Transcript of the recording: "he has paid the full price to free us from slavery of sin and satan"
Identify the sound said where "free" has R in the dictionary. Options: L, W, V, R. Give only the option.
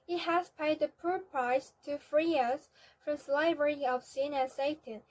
R